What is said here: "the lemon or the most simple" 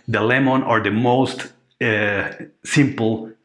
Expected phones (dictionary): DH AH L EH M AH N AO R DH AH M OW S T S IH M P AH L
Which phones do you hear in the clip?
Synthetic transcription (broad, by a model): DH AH L EH M AH N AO R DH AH M OW S T S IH M P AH L